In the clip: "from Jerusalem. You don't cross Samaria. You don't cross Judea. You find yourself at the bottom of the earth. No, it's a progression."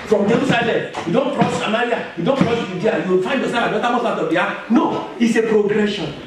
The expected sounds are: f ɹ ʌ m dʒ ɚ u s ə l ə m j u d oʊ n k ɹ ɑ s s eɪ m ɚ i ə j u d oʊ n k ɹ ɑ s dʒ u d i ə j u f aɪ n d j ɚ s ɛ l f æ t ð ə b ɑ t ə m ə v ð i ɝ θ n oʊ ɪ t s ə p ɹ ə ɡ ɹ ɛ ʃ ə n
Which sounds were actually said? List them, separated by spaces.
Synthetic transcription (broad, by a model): f ɹ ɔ m dʒ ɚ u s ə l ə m j u d oʊ n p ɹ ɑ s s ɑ m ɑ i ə j u d oʊ n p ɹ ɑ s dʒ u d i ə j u f aɪ n d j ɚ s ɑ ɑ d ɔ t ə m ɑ s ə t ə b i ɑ n oʊ ɪ t s ə p ɹ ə ɡ ɹ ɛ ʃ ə n